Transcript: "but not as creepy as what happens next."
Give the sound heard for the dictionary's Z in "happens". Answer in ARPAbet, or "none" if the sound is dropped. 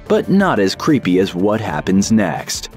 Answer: Z